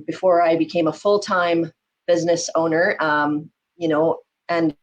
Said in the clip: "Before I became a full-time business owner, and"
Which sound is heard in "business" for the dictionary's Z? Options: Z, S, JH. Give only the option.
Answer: Z